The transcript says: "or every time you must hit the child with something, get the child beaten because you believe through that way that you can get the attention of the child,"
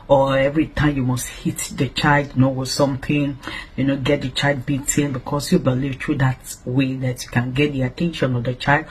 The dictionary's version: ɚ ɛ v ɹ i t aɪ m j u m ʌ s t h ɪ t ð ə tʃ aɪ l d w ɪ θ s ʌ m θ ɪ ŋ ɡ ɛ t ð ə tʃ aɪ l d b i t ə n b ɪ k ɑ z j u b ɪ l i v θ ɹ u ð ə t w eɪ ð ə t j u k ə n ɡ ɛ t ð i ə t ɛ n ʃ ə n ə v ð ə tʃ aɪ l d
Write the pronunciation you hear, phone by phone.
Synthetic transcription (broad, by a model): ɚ ɛ v ɹ i t aɪ m j u m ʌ s t h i t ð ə tʃ aɪ l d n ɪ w s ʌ m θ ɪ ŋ ɡ ɛ t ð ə tʃ aɪ l d b i t ə n b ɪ k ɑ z j u b ɪ l i v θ ɹ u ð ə t w eɪ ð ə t j u k ə n ɡ ɛ t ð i ə t ɛ n ʃ ə n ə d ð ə tʃ aɪ l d